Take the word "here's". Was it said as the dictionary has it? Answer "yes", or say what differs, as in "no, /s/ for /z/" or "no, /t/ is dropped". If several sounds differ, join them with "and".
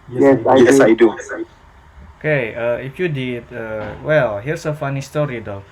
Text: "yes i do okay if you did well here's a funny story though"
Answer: no, /s/ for /z/